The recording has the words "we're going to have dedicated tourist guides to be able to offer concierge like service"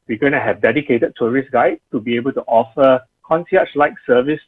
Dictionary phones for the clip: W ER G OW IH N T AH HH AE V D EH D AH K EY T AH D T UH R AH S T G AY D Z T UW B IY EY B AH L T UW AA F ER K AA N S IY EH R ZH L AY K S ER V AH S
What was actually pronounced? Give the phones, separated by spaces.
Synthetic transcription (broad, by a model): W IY G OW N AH HH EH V D EH D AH K EY T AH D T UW R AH S G AY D T UW B IY EY B AH L T UW AA F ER K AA N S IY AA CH L AY K S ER V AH S